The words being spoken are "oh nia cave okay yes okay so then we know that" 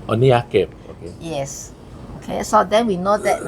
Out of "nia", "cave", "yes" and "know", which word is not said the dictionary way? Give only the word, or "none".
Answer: cave